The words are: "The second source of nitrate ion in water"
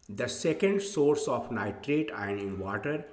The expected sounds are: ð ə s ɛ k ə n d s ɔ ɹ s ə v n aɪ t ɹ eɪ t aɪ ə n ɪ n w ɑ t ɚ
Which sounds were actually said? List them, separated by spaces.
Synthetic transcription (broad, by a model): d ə s ɛ k ə n d s ɔ ɹ s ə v n aɪ t ɹ eɪ t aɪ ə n ɪ n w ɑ t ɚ